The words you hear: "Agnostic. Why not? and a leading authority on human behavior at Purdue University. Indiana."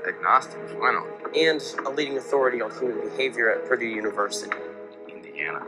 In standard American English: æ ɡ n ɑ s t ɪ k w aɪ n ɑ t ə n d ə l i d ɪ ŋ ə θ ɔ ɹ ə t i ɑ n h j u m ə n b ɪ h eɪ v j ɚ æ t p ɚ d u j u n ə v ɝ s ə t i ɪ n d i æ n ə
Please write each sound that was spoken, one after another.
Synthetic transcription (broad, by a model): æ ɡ n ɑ s t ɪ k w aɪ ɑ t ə n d ə l i d ɪ ŋ ə θ ɔ ɹ ə t i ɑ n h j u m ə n b ɪ h eɪ v j ɚ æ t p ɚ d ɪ j u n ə v ɝ s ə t i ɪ n d i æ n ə